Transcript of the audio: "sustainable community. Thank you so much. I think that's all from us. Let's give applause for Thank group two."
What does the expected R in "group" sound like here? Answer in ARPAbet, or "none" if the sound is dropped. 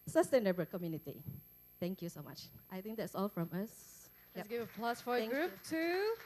R